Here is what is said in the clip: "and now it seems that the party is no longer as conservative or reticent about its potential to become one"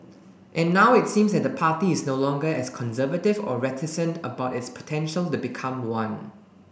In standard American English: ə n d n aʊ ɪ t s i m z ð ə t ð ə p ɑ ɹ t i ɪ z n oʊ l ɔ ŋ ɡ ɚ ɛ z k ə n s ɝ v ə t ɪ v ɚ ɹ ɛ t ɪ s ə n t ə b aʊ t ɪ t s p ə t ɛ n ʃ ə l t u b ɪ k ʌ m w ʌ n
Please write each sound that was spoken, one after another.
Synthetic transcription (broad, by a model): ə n n aʊ ɪ t s i m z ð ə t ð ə p ɑ t i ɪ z n oʊ l ɔ ŋ ɡ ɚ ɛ s k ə n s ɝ v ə t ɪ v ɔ ɹ ɛ t ɪ s ə n t ə b aʊ t ɪ t s p ə t ɛ n ʃ ə l t u b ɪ k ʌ m w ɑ n